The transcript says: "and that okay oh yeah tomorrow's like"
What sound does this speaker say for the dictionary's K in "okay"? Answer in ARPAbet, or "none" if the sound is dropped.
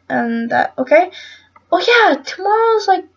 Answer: K